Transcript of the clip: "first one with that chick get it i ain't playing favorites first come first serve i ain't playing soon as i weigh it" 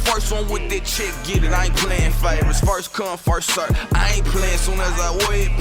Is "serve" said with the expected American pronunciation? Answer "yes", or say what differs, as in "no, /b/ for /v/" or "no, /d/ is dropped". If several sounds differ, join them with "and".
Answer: no, /v/ is dropped